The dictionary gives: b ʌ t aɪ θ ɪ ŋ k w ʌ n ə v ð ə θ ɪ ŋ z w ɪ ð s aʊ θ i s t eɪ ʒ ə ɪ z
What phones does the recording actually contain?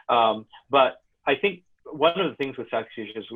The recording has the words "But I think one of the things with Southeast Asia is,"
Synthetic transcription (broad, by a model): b ʌ t aɪ θ ɪ ŋ k w ʌ n ə v ð ə θ ɪ ŋ z w ɪ ð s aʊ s u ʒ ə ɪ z